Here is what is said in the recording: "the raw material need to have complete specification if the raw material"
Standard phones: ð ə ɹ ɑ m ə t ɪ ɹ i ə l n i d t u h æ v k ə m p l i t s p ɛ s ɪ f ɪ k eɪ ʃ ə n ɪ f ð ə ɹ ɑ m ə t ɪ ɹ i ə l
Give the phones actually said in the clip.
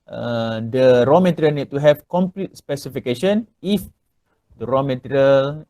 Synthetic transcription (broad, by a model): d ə ɹ ɑ m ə t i ɹ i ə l n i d t u h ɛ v k ə m p l i t s p ɛ s ɪ f ɪ k eɪ ʃ ə n ɪ f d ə ɹ ɑ m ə t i ɹ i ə l